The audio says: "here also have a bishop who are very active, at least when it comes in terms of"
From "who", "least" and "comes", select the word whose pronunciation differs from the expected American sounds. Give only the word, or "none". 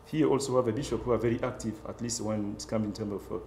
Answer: comes